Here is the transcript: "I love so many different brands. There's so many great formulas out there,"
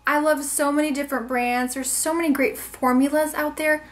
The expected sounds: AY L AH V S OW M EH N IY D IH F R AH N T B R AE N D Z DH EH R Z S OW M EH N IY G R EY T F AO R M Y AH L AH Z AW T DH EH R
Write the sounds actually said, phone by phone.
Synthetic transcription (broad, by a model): AY L AH V S OW M EH N IY D IH F R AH N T B R AE N D Z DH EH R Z S OW M EH N IY G R EY T F AO R M Y AH L AH Z AW T DH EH R